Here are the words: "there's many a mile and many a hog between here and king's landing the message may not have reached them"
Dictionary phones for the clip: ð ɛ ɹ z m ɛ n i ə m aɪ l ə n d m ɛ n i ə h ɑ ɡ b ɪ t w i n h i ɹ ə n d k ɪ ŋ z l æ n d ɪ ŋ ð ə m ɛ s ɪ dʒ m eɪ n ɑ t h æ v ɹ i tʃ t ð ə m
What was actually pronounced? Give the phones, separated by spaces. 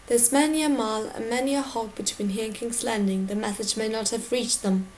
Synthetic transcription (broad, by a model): ð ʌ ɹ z m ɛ n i ə m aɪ l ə n m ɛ n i ə h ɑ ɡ b ɪ t w i n h i ɹ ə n k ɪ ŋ s l æ n d ɪ ŋ ð ə m ɛ θ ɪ z m eɪ n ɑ t h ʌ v ɹ i tʃ ð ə m